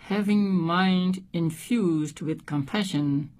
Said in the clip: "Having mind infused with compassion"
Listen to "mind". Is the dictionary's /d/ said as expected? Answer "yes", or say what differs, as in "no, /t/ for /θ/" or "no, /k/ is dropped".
yes